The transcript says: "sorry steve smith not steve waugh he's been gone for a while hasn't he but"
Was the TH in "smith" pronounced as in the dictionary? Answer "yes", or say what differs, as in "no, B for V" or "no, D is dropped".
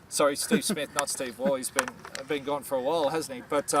yes